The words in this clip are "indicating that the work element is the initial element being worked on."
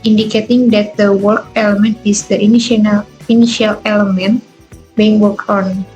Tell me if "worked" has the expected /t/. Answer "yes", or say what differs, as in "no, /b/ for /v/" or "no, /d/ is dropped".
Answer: no, /t/ is dropped